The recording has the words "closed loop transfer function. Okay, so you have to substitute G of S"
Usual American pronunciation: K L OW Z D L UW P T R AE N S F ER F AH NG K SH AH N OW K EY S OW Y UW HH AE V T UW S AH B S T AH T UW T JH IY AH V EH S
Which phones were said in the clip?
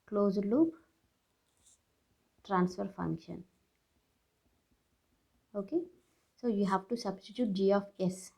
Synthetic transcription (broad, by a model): K L OW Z L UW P T R AE N S F ER F AH NG K SH AH N OW K EY S OW Y UW HH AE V T UW S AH B S T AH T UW T JH IY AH F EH S